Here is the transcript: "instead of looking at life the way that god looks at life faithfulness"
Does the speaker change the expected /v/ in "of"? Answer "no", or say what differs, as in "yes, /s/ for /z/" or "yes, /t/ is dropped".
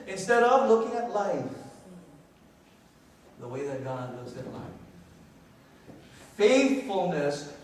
no